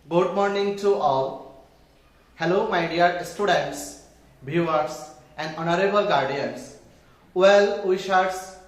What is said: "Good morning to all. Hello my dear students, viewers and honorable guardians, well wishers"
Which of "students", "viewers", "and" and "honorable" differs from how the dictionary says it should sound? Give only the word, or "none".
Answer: viewers